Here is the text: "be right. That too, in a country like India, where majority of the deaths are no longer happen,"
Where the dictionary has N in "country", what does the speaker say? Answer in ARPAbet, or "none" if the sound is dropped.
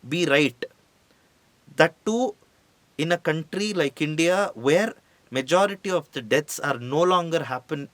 N